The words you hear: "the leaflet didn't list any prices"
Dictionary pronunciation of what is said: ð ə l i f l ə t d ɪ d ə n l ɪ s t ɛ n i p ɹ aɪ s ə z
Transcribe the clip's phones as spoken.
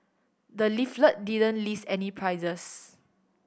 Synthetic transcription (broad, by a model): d ə l i f l ə t d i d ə n l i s ɛ n i p ɹ aɪ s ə s